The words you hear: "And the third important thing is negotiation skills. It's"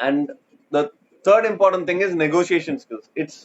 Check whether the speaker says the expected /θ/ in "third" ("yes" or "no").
no